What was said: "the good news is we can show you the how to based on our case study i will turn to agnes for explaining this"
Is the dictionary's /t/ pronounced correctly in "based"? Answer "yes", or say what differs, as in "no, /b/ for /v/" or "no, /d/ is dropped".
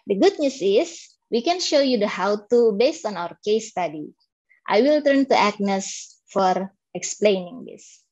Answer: yes